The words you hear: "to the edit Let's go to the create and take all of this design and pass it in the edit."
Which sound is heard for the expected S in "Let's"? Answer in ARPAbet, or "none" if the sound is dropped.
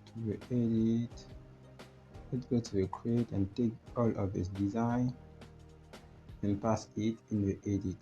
none